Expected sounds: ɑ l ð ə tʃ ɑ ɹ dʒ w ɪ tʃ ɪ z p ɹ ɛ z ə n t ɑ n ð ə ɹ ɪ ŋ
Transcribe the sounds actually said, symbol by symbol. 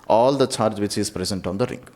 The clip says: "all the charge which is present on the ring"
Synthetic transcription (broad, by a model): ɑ l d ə tʃ ɑ ɹ dʒ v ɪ tʃ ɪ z p ɹ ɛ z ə n t ɑ n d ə ɹ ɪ ŋ